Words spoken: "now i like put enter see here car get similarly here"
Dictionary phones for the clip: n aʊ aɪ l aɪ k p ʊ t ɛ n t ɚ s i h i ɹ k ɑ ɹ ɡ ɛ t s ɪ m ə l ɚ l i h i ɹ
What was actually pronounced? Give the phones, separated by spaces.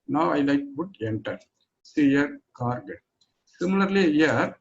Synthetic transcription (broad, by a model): n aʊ aɪ l aɪ k b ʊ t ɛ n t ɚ s i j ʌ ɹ k ɑ ɹ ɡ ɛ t s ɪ m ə l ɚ l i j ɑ ɹ